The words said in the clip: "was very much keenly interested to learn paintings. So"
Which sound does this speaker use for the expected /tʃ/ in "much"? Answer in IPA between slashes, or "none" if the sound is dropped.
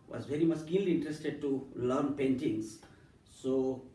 /s/